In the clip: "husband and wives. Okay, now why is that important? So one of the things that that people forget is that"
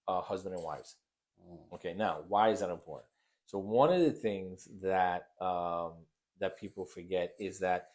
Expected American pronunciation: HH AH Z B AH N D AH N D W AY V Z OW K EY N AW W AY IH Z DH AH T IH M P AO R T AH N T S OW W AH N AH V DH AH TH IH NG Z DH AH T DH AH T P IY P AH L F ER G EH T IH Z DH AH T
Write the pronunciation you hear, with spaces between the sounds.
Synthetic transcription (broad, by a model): HH AH Z B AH N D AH N W AY V Z OW K EY N AW W AY IH Z DH AH T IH M P AO R T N T S OW W AH N AH V DH AH TH IH NG Z DH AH T DH AH T P IY P L F ER G EH T IH Z DH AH T